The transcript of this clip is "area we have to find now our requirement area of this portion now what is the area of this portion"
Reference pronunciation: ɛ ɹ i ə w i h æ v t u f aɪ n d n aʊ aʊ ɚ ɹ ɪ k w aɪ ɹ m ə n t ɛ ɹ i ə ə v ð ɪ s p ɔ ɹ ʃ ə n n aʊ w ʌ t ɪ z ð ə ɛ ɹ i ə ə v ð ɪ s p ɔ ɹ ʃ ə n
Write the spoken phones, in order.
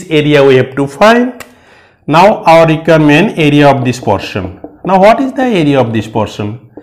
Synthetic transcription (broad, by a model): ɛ ɹ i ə w i h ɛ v t u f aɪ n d n aʊ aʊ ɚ ɹ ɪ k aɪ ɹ m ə n ɛ ɹ i ə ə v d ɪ s p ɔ ɹ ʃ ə n n aʊ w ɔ t ɪ z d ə ɛ ɹ i ə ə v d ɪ s p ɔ ɹ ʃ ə n